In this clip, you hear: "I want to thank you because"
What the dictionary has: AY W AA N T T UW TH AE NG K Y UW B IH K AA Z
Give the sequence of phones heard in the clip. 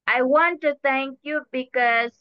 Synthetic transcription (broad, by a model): AY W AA N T T UW T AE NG K Y UW B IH K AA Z